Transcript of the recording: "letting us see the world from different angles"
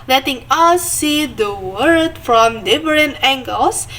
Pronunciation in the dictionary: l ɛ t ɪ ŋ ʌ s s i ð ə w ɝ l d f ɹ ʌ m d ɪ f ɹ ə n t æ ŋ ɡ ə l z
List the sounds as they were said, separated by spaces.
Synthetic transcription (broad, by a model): l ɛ t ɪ ŋ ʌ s s i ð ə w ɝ d f ɹ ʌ m d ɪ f ɹ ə n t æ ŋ ɡ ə l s